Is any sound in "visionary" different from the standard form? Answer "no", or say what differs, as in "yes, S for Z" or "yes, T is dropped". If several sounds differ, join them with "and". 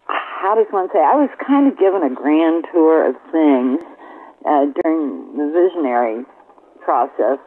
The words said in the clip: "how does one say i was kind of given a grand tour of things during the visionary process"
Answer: no